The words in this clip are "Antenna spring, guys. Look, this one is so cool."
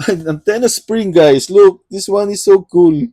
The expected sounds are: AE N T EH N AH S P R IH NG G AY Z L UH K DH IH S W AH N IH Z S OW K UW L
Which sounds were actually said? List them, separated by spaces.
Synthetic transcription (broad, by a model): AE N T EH N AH S P R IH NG G AY S L UH K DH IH S W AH N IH S OW K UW L